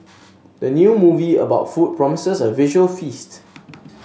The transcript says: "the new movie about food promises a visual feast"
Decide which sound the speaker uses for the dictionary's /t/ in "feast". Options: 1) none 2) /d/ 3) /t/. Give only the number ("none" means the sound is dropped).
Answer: 3